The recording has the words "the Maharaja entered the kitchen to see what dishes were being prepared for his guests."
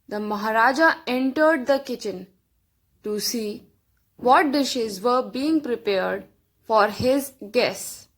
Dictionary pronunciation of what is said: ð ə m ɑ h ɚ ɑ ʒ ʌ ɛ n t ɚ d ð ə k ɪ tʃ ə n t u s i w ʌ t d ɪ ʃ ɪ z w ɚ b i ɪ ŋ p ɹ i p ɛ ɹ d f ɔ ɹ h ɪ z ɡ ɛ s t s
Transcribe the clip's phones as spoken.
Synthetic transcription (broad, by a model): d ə m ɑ h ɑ ɑ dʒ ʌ ɛ n t ɚ d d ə k ɪ tʃ ə n t u s i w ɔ t d ɪ ʃ ɪ z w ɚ b i ɪ ŋ p ɹ i p ɛ ɹ d f ɔ ɹ h ɪ z ɡ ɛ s s